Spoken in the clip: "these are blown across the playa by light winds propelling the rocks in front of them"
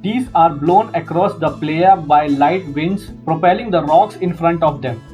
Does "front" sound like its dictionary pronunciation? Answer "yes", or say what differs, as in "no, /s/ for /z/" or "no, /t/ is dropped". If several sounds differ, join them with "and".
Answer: yes